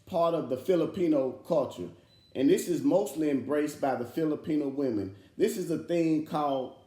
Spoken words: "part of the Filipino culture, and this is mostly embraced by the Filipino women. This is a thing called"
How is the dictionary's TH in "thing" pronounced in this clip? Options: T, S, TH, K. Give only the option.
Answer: TH